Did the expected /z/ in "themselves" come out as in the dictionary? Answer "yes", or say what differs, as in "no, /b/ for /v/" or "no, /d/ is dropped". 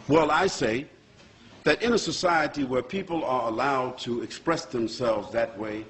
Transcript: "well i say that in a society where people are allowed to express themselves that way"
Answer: yes